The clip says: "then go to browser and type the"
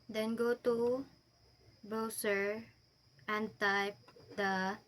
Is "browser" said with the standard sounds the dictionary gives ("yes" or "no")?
no